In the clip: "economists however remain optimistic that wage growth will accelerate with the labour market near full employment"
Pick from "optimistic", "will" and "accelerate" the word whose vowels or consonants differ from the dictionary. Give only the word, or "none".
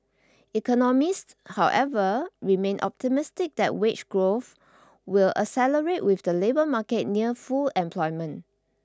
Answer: accelerate